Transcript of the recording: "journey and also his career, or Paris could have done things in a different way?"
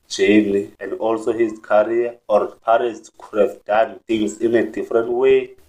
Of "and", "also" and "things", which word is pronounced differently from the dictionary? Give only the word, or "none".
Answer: things